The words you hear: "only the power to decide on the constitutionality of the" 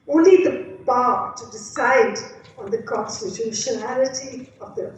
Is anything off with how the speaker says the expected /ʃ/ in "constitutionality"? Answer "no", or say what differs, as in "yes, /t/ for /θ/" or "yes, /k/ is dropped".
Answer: no